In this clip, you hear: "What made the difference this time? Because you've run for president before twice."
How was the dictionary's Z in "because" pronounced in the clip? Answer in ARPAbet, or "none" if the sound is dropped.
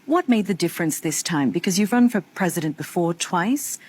Z